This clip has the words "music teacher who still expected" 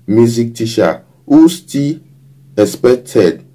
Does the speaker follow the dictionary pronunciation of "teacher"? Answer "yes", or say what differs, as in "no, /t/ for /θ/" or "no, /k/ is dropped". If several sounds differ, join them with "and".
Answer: no, /ʃ/ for /tʃ/